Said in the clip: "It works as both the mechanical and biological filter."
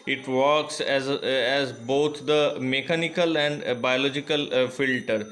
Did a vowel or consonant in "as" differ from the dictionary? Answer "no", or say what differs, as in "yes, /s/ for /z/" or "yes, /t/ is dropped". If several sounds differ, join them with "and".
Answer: no